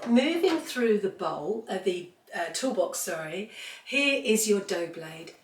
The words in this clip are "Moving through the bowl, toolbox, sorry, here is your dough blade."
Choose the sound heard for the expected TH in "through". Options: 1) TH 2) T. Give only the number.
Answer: 1